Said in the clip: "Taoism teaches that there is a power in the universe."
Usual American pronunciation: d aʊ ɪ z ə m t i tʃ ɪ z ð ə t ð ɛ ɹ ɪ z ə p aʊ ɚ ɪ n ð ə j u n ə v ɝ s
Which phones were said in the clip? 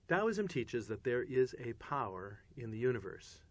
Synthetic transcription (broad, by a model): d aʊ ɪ z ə m t i tʃ ɪ z ð ə t ð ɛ ɹ ɪ z ə p aʊ ɚ ɪ n ð ə j u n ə v ɝ s